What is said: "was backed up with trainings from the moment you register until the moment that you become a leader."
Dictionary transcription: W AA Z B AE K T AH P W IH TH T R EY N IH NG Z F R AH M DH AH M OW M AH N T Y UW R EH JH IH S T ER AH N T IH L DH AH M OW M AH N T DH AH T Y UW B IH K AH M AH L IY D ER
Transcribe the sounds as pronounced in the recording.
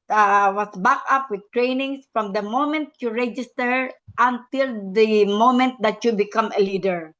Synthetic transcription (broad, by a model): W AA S B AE K AH P W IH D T R EY N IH NG S F R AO M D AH M OW M AH N T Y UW R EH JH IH S T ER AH N T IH L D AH M OW M AH N T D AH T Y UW B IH K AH M AH L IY D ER